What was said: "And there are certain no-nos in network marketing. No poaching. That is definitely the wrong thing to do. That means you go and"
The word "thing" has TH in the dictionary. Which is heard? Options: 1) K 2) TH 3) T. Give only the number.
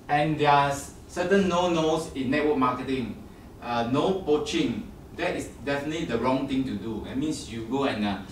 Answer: 3